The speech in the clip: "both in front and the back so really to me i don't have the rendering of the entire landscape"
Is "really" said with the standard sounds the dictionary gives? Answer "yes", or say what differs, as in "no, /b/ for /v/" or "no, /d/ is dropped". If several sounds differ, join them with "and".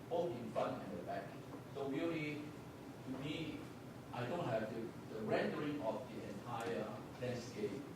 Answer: no, /w/ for /ɹ/